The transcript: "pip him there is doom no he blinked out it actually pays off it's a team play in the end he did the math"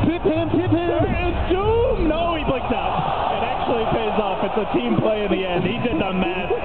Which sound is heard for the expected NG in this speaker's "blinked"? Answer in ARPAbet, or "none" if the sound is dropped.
none